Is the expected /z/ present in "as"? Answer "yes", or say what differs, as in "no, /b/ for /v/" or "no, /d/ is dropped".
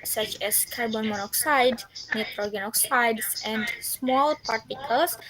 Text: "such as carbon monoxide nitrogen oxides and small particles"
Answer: no, /s/ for /z/